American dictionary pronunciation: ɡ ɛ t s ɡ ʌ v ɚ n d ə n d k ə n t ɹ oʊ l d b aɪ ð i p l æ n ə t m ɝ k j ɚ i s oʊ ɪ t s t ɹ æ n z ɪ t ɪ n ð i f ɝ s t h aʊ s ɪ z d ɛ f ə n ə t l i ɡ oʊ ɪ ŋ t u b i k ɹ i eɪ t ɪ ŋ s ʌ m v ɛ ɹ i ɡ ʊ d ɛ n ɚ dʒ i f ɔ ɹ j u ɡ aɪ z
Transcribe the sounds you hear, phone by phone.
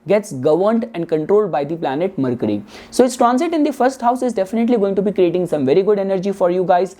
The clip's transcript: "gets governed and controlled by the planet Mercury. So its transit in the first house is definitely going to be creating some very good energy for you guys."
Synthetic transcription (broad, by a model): ɡ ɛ t s ɡ ʌ v ɚ n d ə n d k ə n t ɹ oʊ l d b aɪ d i p l æ n ə t m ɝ k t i s oʊ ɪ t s t ɹ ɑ n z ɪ t ɪ n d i f ɝ s t h aʊ s ɪ z d ɛ f ə n ə t l i ɡ oʊ ɪ ŋ t u b i k ɹ i eɪ t ɪ ŋ s ʌ m v ɛ ɹ i ɡ ʊ d ɛ n ɚ dʒ i f ɔ ɹ j u ɡ aɪ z